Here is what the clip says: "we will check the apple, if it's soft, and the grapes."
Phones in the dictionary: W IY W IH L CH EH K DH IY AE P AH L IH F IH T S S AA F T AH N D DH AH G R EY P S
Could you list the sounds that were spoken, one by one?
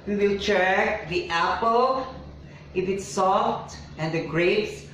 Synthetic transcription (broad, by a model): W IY W IH L CH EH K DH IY AE P AH L IH F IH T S S AA F T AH N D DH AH G R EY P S